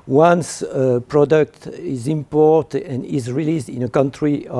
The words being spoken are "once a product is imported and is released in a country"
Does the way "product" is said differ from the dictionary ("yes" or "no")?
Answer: no